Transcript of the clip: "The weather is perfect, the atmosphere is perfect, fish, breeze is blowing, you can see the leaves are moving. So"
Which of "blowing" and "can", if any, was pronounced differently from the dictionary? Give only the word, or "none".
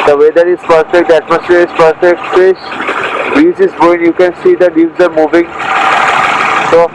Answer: blowing